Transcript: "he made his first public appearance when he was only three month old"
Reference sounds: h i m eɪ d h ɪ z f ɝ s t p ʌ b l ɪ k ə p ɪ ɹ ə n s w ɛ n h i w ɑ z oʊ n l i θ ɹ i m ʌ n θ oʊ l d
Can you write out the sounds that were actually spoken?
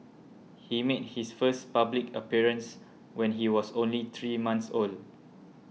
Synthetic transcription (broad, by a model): h i m eɪ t h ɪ s f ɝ s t p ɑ b l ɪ k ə p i ɹ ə n s w ɛ n h i w ɑ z oʊ n l i t ɹ i m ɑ n s oʊ l